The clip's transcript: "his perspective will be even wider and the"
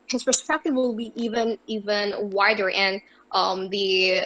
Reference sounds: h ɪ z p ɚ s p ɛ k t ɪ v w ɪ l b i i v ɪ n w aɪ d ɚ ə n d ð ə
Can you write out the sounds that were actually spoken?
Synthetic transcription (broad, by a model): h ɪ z p ɚ s p ɛ k t ɪ v w ɪ l b i i v ɪ n w aɪ d ɚ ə n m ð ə